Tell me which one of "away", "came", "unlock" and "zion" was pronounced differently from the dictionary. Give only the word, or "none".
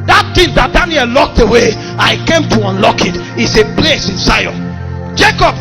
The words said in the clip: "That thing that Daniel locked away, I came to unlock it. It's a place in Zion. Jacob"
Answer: zion